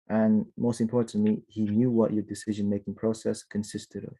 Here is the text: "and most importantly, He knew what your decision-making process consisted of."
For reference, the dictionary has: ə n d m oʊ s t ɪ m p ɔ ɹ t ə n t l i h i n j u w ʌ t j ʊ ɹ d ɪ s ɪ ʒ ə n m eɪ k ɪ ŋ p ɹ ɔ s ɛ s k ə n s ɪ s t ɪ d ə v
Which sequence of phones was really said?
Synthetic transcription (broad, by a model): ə n m oʊ s t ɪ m p ɔ ɹ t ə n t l i h i n j u w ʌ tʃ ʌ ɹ d ɪ s ɪ ʒ ə n m eɪ k ɪ ŋ p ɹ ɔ s ɛ s k ə n s ɪ s t ɪ d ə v